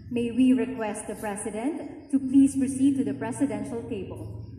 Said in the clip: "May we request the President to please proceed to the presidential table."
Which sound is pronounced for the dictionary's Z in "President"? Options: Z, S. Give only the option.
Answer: S